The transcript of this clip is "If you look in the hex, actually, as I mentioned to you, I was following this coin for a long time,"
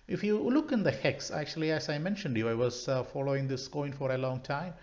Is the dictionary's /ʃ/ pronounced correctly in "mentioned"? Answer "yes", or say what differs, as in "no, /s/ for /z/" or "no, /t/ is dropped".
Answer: yes